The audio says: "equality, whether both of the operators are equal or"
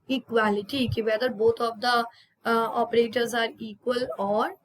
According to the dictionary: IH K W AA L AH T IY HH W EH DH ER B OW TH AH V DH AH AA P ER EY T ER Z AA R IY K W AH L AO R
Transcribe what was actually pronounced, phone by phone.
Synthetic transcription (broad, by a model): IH K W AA L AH T IY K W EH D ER B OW T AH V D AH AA P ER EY T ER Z AA R IY K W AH L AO R